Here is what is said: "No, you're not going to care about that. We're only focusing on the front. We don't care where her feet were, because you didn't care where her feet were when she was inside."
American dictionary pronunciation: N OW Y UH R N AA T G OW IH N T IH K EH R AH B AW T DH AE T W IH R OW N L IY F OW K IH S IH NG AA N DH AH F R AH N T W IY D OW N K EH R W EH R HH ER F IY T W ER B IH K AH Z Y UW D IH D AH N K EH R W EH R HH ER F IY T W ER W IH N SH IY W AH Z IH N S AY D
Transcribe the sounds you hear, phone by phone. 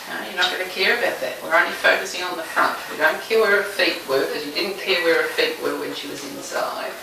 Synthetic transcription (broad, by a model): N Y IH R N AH T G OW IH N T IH K EH R AH B AW T DH AE T W IH R OW N L IY F OW K IH S IH NG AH N DH AH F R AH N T W IY D OW N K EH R W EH R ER F IY T W ER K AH Z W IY D IH D N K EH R W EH R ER F IY T W ER W IH N SH IY W AH Z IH N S AY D